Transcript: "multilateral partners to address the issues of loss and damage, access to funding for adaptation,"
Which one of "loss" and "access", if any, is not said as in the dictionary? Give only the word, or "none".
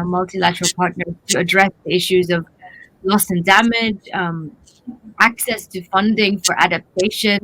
none